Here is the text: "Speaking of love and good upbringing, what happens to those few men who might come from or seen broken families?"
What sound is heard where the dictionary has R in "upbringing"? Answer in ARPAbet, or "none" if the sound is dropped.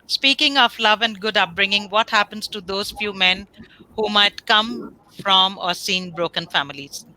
R